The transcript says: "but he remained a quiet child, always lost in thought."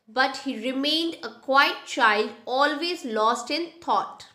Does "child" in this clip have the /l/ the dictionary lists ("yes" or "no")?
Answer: yes